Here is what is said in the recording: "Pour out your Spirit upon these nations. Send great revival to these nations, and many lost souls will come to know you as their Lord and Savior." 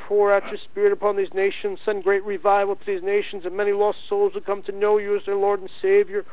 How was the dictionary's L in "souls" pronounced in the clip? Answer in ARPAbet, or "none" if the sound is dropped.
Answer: L